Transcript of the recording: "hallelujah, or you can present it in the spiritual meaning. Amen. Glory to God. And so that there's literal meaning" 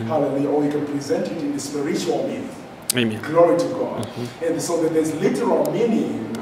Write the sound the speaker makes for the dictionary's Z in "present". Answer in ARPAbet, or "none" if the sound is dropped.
Z